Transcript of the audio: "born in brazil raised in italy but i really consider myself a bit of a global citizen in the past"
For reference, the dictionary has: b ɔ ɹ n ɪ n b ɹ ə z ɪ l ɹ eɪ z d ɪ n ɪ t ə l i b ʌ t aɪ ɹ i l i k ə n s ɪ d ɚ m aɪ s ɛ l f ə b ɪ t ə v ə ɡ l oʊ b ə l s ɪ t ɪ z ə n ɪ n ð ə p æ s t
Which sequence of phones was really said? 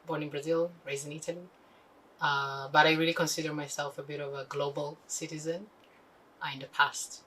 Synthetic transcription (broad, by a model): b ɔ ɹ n ɪ n b ɹ ə z ɪ l ɹ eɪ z ɪ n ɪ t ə l i b ʌ t aɪ ɹ i l i k ə n s ɪ d ɚ m aɪ s ɛ l f ə b ɪ t ə v ə ɡ l oʊ b ə l s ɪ t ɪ z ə n ɪ n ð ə p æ s t